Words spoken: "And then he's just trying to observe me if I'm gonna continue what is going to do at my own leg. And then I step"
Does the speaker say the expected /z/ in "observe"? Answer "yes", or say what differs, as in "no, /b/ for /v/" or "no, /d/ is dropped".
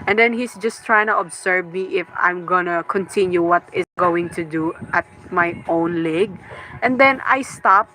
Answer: no, /s/ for /z/